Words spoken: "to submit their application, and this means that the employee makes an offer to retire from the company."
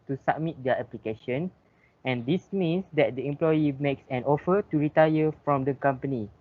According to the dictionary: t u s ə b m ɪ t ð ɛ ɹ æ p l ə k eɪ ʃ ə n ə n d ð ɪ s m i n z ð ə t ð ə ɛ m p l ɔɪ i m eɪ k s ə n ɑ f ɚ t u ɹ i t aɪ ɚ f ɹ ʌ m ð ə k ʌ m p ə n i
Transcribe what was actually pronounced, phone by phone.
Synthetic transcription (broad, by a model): t u s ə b m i t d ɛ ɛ p l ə k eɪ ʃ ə n ə n d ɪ s m i n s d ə t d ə ɛ m p l ɔɪ i m eɪ k s ə n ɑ f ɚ t u ɹ i t aɪ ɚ f ɹ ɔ m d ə k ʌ m p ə n i